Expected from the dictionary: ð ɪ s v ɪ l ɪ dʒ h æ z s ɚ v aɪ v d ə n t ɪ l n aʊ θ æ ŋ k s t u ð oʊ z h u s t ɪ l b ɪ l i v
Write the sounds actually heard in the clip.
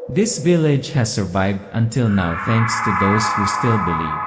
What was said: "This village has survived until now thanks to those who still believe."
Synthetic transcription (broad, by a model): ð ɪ s v ɪ l ɪ dʒ h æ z s ɚ v aɪ v d ə n t ɪ l n aʊ θ æ ŋ k s t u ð oʊ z h u s t ɪ l b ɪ l i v